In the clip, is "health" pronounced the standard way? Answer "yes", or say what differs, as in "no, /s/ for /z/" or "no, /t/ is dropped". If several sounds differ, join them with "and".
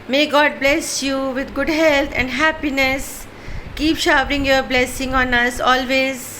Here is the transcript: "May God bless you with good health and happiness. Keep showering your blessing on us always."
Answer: no, /t/ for /θ/